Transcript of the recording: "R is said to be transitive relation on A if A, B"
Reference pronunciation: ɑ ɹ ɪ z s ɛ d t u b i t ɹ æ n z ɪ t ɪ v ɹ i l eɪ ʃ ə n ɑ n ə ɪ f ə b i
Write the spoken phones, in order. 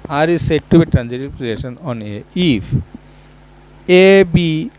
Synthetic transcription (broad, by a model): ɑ ɹ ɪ s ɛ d t u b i t ɹ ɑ n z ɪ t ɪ p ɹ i eɪ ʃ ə n ɑ n ə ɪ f ə b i